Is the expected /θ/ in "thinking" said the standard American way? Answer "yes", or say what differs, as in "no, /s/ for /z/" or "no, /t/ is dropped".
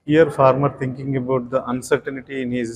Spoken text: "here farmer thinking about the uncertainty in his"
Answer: no, /t/ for /θ/